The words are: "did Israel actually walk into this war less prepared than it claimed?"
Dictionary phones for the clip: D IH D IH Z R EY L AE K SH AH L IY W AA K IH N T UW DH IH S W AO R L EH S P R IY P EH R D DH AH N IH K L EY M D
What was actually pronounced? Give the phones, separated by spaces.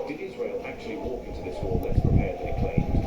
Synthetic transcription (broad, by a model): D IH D IH Z R EY L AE K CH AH L IY W AA K IH N T UW DH IH S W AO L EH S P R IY P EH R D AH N IH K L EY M